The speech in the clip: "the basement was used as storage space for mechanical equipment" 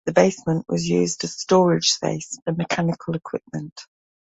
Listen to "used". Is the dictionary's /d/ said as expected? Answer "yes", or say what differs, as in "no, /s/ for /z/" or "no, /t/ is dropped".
yes